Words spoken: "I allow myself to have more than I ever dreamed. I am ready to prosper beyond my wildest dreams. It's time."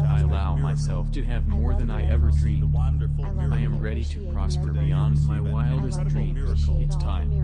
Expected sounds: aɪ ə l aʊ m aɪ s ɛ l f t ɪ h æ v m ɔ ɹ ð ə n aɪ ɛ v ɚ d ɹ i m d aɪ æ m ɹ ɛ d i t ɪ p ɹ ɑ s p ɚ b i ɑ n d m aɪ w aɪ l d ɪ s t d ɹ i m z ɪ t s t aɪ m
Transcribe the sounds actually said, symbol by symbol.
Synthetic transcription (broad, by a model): aɪ ə l aʊ m aɪ s ɛ l f t ɪ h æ v m ɔ ɹ ð ə n aɪ ɛ v ɚ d ɹ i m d aɪ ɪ m ɹ ɛ d i t ɪ p ɹ ɑ s p ɚ b i ɑ n d m aɪ w aɪ l d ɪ s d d ɹ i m ɪ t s t aɪ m